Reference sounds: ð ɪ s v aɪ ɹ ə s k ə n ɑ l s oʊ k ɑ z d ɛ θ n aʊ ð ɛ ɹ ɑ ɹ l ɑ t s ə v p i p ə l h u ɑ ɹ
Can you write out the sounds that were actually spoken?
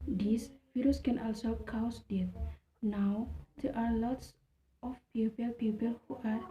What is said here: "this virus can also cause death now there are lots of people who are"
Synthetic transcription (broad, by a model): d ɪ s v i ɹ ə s k ə n ɑ l s oʊ k ɑ s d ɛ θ n aʊ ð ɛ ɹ ɑ ɹ l ɑ t s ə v p i p ə l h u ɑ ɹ